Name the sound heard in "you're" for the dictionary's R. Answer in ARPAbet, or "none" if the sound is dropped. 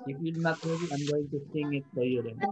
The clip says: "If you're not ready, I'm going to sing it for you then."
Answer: L